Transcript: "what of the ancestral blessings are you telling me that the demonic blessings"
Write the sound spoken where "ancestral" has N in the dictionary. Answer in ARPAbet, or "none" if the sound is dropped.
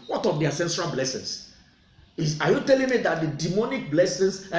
none